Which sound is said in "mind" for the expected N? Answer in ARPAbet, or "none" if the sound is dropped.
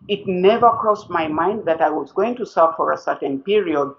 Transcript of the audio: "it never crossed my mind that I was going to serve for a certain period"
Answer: N